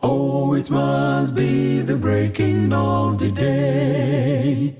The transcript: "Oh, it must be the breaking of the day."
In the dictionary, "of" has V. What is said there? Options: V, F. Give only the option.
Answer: V